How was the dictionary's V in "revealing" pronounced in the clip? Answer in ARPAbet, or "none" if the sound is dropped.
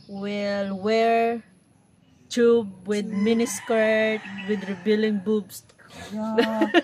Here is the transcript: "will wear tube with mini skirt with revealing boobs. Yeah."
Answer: B